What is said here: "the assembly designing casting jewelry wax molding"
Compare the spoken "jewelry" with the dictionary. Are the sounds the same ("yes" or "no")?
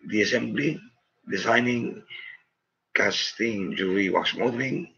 no